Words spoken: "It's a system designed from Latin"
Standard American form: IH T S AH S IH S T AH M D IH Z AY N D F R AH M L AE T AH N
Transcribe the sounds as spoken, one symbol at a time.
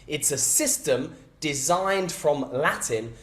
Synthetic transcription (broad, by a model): IH T S AH S IH S T AH M D IH Z AY N D F R AH M L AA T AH N